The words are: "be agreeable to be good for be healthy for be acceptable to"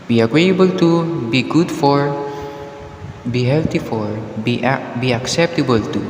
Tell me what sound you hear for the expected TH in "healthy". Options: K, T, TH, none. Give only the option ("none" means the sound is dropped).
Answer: T